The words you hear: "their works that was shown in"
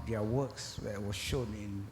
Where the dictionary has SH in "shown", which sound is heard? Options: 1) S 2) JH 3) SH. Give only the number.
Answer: 3